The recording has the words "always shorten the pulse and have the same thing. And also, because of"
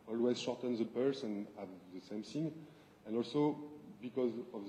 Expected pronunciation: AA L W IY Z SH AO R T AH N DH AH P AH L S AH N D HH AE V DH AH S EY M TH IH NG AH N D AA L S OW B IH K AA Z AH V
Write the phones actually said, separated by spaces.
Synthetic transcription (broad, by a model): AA L W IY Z SH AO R T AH N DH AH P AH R S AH N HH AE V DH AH S EY M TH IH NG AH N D AA L S OW B IH K AA Z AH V